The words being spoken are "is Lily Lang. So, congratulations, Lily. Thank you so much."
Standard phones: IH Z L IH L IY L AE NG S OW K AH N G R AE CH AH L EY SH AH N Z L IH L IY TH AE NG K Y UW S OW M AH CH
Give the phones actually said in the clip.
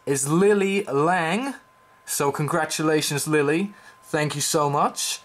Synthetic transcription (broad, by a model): IH Z L IH L IY L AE NG S OW K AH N G R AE CH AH L EY SH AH N Z L IH L IY TH AE NG K Y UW S OW M AH CH